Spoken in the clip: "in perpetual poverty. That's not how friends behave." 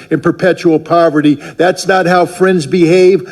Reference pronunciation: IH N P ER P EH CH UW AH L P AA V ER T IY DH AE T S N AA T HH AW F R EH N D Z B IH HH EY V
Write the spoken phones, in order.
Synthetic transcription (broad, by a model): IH N P ER P EH CH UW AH L P AA V ER T IY DH AE T S N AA T HH AW F R EH N D Z B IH HH EY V